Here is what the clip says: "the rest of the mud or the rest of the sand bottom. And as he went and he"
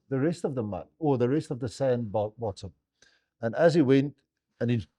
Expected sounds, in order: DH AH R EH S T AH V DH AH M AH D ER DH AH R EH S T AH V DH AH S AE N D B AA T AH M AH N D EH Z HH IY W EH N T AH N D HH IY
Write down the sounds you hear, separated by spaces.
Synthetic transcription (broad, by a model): DH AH R EH S T AH V DH AH M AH AO DH AH R EH S T AH V DH AH S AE N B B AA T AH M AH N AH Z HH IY W EH N T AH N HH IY